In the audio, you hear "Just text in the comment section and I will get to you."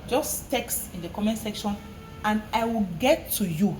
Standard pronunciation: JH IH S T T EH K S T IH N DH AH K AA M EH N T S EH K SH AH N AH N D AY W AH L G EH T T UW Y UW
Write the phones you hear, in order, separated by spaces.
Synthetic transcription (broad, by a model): JH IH S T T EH K S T IH N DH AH K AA M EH N S EH K SH AH N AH N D AY W AH L G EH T T UW Y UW